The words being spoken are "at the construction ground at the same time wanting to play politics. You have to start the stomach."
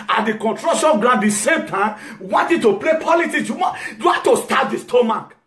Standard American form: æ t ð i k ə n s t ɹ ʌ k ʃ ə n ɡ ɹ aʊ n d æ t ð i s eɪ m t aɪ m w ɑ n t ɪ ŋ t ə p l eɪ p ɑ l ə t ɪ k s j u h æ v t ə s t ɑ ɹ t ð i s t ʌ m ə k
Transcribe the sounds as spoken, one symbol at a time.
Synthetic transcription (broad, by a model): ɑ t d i k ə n t ɹ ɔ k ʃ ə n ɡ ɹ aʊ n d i s eɪ m t aɪ m w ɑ n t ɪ t ə p l eɪ p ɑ l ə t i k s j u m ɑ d t ə s t ɑ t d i s t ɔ m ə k